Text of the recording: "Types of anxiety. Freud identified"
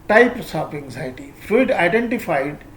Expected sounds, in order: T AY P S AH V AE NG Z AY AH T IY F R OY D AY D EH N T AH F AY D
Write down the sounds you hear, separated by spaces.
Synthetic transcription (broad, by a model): T AY P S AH P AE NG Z AY T IY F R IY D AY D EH N T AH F AY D